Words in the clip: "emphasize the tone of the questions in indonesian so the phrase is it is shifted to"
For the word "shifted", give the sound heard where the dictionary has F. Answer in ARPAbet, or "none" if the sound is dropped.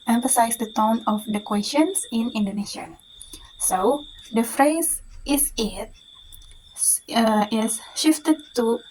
F